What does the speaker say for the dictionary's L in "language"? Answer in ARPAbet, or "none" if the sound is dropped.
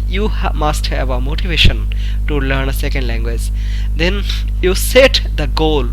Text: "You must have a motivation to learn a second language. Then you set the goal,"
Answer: L